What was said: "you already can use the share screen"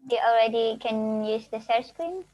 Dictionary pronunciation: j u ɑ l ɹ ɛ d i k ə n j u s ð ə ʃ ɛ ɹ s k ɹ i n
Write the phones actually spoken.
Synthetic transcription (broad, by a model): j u ɑ l ɹ ɛ d i k ə n j u s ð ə s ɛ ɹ s k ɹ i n